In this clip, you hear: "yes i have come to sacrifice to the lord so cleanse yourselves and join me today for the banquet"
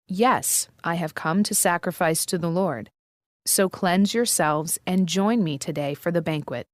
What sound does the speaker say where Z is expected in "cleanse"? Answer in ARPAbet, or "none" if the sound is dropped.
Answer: Z